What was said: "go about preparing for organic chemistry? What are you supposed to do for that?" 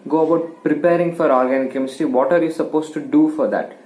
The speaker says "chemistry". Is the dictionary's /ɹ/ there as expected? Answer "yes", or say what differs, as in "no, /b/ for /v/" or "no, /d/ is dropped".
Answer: no, /ɹ/ is dropped